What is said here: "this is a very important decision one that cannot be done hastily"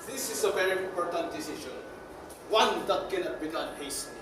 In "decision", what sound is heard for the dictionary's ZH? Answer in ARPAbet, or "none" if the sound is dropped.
SH